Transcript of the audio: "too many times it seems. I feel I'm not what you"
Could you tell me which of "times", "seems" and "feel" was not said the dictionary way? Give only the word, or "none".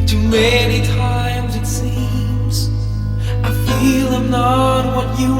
none